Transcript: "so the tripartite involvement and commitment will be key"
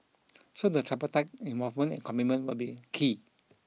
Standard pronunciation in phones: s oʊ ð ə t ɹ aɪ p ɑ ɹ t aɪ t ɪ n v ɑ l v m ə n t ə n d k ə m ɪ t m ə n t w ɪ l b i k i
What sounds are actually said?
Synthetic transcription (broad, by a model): s oʊ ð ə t ɹ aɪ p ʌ t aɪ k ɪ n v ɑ v m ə n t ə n k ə m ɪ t m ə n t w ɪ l b i k i